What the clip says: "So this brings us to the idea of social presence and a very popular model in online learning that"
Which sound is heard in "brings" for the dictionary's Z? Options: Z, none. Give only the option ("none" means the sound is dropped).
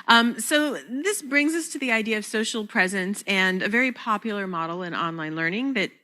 Z